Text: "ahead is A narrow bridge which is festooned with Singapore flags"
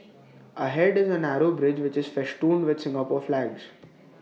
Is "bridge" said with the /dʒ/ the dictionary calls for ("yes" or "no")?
yes